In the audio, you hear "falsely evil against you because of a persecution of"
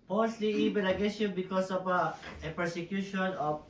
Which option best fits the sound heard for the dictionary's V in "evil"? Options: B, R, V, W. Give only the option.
B